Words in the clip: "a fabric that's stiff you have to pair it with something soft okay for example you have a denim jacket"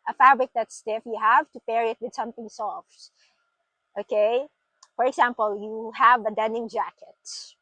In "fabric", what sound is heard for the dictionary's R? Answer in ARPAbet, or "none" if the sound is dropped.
R